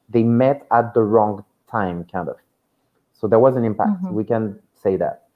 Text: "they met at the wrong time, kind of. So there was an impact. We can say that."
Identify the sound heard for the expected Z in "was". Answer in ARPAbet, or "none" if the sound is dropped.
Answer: Z